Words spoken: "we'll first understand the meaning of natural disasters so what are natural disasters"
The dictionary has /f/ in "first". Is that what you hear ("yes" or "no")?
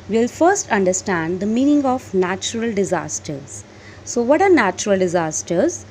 yes